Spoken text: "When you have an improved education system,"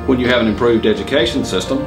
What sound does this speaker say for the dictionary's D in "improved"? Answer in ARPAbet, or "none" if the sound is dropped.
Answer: D